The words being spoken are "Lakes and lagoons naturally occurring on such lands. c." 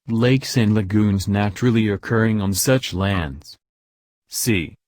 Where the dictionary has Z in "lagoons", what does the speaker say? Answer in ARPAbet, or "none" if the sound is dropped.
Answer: Z